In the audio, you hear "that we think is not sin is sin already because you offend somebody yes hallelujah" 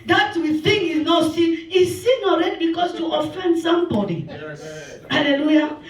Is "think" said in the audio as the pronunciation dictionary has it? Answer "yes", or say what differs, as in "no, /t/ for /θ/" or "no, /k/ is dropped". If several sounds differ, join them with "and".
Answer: no, /k/ is dropped